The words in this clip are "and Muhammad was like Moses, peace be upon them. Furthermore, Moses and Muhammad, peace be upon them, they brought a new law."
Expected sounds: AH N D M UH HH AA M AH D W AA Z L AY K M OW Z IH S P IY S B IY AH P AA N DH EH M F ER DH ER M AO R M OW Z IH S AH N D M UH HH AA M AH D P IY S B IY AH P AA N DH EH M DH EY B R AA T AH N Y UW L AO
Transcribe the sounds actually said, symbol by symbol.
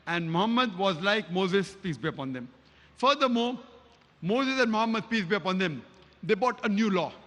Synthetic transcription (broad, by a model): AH N D M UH HH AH M AH D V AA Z L AY K M OW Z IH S P IY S B IY AH P AA N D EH M F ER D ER M AO R M OW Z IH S AH N D M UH HH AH M AH D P IY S B IY AH P AA N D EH M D EY B AA T AH N Y UW L AO